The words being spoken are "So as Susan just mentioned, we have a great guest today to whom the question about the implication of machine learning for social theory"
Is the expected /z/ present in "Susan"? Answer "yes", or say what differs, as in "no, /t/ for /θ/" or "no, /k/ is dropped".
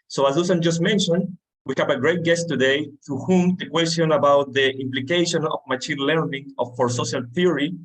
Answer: no, /s/ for /z/